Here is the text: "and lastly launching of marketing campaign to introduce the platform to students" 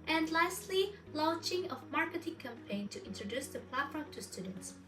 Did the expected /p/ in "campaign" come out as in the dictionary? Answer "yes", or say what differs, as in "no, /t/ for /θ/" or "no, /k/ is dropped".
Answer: yes